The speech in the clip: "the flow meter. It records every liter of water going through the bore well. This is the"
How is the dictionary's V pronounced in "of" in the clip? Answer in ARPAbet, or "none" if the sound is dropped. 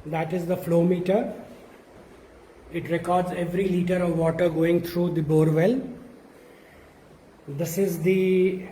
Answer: V